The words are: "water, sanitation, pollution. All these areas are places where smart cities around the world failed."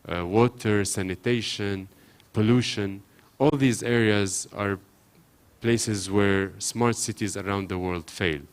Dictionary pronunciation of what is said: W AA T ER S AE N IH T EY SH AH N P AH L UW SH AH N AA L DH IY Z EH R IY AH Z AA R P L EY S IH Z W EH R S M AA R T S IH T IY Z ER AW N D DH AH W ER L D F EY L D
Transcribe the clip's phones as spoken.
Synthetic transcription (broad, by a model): W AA T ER S AE N IH T EY SH AH N P AH L UW SH AH N AA L DH IY Z EH R IY AH Z AA R P L EY S IH Z W EH R S M AA R T S IH T IY Z ER AW N D DH AH W ER L D F EY L